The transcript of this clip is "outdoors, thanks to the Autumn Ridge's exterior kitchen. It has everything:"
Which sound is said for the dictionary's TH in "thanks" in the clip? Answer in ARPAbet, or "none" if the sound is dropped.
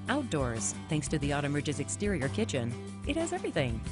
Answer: TH